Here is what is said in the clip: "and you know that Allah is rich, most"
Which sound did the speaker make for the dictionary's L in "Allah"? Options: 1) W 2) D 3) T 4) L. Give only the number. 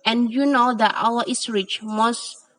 1